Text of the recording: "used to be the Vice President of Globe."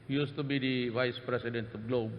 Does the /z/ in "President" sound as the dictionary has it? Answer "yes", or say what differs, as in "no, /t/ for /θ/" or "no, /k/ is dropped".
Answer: no, /s/ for /z/